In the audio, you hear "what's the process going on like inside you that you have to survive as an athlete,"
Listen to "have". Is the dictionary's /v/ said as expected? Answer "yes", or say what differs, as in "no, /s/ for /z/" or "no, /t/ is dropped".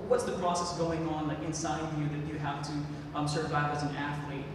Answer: no, /f/ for /v/